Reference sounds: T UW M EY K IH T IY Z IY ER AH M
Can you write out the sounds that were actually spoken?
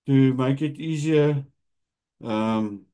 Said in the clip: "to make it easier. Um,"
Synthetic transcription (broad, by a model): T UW M EY K IH T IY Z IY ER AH M